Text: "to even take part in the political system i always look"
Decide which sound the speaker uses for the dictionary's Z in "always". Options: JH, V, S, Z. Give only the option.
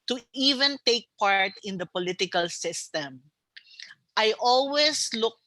S